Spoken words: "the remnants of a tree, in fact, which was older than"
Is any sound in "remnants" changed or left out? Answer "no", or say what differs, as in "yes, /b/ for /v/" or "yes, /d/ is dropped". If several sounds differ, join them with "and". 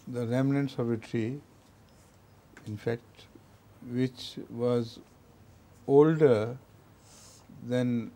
no